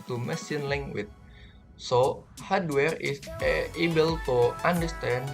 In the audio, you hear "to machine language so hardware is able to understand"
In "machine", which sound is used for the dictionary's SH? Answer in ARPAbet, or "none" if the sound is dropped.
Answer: S